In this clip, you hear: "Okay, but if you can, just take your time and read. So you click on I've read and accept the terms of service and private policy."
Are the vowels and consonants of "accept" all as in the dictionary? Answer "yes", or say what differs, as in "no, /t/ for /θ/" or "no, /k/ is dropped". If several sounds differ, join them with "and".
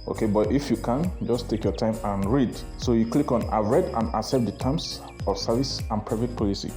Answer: no, /k/ is dropped